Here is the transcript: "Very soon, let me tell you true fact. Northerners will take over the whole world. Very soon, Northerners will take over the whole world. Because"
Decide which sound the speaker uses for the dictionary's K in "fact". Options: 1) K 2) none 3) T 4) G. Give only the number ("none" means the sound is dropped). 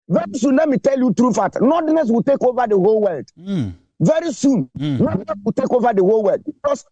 2